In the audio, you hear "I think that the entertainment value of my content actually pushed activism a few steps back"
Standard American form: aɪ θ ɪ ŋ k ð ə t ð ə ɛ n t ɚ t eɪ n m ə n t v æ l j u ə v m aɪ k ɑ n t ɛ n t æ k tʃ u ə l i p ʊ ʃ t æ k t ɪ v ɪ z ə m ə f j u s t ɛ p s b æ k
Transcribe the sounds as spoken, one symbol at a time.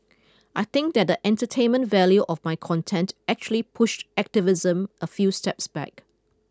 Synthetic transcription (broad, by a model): aɪ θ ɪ ŋ k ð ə t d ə ɛ n t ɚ t eɪ n m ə n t v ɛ l j u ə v m aɪ k ɑ n t ɛ n t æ k tʃ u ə l i p ʊ ʃ t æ k t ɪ v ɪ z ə m ə f j u s t ɛ p s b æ k